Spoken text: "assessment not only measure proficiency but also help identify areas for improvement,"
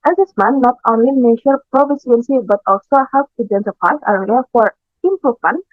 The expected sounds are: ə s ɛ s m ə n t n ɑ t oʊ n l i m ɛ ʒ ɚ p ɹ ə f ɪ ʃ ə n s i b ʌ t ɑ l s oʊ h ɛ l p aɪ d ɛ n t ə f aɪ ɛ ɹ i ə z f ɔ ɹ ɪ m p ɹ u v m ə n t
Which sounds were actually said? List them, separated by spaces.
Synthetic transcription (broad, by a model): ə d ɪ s m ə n n ɑ t oʊ n l i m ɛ ʃ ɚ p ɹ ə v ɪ s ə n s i b ʌ t ɑ l s oʊ h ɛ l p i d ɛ n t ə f aɪ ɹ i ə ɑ f ɔ ɹ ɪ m p ɹ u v m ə n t